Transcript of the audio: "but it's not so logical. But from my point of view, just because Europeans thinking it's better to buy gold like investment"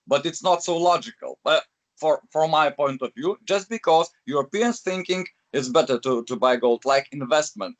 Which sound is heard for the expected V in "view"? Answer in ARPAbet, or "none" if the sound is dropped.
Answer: V